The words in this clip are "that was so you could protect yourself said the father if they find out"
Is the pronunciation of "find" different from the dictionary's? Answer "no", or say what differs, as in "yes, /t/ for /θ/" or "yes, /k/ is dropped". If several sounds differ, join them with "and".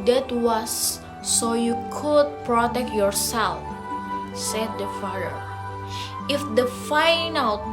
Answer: yes, /d/ is dropped